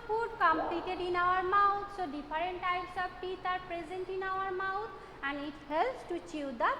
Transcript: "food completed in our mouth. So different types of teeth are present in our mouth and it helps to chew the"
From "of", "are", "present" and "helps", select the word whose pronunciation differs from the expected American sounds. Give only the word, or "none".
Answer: of